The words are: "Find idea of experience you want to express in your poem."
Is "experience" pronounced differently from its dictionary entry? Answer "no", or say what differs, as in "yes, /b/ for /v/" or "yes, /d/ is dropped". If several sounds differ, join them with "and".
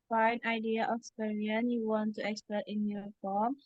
yes, /k/ is dropped and /s/ is dropped